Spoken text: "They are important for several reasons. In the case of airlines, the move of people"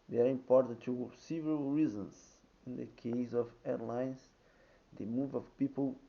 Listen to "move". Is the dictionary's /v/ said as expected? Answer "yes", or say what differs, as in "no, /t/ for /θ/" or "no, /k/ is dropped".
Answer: yes